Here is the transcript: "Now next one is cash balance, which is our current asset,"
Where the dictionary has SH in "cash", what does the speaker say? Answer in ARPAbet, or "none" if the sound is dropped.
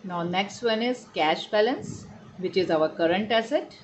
SH